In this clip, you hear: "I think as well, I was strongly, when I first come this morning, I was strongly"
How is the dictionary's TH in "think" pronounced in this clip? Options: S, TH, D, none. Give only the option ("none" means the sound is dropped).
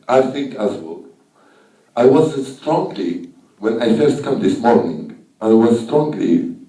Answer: TH